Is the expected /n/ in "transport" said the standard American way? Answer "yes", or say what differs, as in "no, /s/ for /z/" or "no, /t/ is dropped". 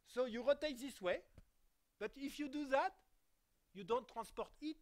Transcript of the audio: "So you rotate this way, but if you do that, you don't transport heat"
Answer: no, /n/ is dropped